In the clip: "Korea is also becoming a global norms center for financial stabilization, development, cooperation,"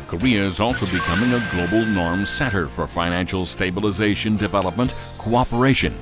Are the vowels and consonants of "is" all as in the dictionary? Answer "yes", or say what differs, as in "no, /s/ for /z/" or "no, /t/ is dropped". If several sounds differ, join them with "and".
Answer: yes